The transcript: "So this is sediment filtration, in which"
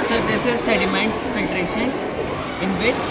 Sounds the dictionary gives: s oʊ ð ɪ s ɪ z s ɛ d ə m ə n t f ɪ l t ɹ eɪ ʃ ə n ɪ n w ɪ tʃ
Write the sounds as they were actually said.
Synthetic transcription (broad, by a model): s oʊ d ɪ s ɪ z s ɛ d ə m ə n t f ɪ t ɹ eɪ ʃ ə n ɪ n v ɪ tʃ